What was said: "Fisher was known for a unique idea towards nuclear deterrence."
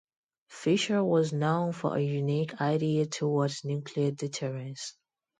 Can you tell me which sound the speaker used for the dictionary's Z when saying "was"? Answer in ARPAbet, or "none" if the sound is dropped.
Z